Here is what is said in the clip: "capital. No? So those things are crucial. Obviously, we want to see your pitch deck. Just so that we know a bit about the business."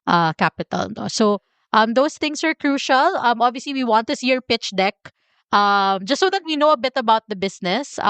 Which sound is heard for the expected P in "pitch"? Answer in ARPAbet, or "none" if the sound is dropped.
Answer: P